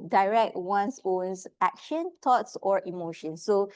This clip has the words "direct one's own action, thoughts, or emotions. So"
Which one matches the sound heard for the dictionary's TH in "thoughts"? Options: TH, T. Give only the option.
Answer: T